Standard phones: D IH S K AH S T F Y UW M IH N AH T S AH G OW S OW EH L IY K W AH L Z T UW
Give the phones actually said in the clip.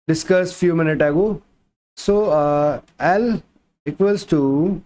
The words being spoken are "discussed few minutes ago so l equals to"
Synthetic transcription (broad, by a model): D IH S K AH S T F Y UW M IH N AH T AH G OW S OW EH L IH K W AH L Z T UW